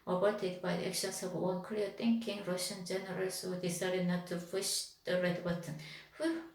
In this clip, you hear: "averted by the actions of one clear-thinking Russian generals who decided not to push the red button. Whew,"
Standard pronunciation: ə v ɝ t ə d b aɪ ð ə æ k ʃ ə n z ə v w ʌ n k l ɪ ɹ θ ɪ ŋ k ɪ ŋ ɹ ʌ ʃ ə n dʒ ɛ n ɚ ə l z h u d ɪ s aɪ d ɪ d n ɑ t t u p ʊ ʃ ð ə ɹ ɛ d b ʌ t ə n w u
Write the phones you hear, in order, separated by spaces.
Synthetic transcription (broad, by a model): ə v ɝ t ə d b aɪ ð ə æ k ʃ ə n s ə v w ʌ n k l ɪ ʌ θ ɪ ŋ k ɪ ŋ ɹ ʌ ʃ ə n dʒ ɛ n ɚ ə l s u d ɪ s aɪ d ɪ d n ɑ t t u f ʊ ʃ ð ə ɹ ɛ d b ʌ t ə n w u